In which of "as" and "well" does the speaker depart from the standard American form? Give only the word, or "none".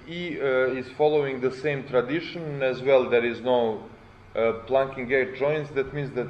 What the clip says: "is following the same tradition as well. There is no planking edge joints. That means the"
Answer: none